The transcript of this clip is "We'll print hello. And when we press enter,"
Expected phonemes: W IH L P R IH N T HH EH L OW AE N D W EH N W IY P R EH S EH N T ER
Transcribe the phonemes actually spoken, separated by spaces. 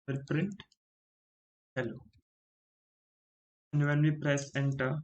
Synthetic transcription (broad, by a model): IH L P R IH N T HH EH L OW N D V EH N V IY P R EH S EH N T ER